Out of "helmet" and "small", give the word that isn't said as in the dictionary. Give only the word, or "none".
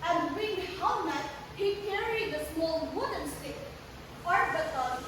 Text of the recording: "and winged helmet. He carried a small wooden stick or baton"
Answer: helmet